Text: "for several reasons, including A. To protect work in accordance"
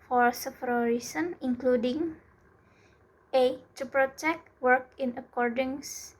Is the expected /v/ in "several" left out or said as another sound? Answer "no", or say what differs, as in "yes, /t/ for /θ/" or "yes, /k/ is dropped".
yes, /f/ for /v/